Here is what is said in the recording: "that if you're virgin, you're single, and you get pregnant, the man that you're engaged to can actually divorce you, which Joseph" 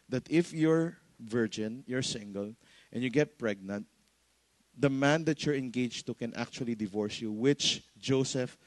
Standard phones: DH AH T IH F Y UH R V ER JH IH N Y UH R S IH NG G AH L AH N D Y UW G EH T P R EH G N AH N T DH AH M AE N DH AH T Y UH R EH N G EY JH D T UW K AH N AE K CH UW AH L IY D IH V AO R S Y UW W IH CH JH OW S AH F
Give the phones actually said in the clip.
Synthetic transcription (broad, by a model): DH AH T IH F Y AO R V ER JH IH N Y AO R S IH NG G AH L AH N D Y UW G EH T P R EH G N AH N T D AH M AE N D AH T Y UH R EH N G EY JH T UW K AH N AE K CH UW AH L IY D IH V AO R S Y UW W IH CH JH OW S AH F